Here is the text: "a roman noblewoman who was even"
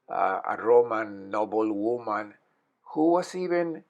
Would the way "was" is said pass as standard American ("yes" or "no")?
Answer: no